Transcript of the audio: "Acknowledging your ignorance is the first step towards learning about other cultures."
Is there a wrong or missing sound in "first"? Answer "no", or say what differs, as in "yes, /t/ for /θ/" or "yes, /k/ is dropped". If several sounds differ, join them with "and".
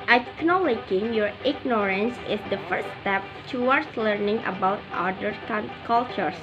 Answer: yes, /s/ is dropped